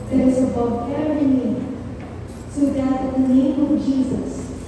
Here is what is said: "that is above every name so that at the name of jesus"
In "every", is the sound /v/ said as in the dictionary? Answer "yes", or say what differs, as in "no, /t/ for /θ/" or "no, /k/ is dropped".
no, /v/ is dropped